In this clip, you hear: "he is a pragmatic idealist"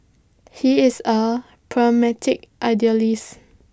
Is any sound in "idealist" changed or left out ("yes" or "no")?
yes